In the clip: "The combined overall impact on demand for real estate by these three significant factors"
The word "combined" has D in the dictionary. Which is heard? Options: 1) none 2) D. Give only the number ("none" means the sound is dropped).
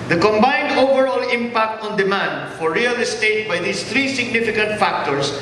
2